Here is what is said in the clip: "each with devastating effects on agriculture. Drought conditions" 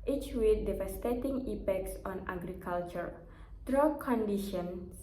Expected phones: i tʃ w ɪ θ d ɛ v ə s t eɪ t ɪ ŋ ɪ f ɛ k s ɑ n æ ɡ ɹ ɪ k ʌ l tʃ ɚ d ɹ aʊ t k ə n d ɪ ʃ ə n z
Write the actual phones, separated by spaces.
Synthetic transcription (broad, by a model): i tʃ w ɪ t d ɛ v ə s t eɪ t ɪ ŋ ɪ p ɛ k s ɑ n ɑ ɡ ɹ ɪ k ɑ l tʃ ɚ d ɹ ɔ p k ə n d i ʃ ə n